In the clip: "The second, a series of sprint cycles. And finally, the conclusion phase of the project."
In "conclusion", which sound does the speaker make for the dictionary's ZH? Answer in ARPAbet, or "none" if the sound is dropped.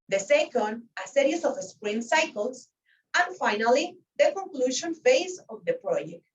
SH